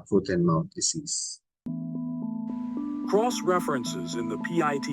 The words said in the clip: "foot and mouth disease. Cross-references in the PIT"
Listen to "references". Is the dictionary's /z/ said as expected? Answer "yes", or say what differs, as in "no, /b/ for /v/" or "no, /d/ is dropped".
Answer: yes